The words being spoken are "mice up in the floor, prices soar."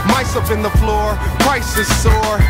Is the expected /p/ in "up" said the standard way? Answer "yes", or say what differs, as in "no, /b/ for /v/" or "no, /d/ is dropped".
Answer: no, /f/ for /p/